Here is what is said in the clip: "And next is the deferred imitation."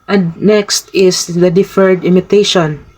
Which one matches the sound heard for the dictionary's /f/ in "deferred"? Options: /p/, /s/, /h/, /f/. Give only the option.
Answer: /f/